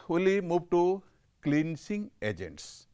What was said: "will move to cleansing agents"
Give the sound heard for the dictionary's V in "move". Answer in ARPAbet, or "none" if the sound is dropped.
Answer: B